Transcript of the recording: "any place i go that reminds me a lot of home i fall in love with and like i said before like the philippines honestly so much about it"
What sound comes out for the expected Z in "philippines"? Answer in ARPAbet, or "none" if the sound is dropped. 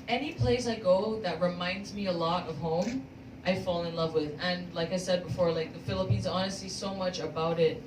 Z